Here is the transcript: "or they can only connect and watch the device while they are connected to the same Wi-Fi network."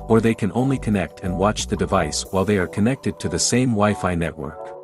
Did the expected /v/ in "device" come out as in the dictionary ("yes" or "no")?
yes